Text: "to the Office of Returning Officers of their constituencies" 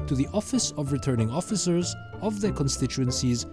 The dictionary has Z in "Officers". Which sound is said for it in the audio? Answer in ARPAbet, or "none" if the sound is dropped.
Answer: Z